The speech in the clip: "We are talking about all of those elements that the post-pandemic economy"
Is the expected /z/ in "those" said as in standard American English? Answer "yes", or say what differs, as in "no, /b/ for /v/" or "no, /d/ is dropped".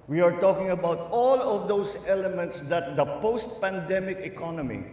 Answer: no, /s/ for /z/